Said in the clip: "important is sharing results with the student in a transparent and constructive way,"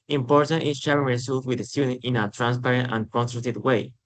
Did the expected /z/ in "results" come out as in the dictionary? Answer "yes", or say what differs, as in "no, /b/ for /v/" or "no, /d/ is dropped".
no, /s/ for /z/